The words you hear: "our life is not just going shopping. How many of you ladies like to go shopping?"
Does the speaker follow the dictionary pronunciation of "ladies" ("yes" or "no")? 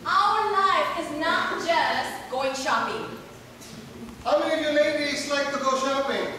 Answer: no